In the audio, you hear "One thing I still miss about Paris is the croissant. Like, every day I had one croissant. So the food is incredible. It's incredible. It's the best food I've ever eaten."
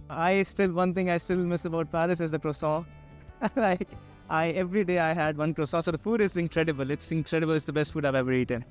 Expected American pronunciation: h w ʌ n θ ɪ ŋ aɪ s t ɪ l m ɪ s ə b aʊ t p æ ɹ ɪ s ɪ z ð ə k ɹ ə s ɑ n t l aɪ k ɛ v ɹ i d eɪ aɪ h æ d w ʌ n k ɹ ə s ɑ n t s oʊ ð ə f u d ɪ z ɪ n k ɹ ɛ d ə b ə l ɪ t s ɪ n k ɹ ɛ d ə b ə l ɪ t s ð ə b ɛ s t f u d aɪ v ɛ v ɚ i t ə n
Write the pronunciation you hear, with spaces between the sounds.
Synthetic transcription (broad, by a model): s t ʌ n t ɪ ŋ aɪ s t ɪ l m ɪ s ə b aʊ t p æ ɹ ɪ s ɪ z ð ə k ɹ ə s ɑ l aɪ k ɛ v ɹ i d eɪ aɪ h æ d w ʌ n k ɹ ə s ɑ s oʊ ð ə f u d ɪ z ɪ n k ɹ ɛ d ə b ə l ɪ t s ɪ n k ɹ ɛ d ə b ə l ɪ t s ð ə b ɛ s t f u d aɪ v ɛ v ɚ i t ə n